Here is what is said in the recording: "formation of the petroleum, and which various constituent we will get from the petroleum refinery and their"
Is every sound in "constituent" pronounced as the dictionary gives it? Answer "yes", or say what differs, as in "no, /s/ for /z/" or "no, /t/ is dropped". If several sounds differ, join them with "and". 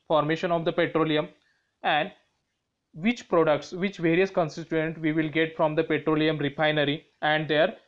no, /s/ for /tʃ/